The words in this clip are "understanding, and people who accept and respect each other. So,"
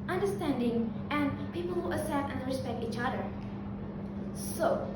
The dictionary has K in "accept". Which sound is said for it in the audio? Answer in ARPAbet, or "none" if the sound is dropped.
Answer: none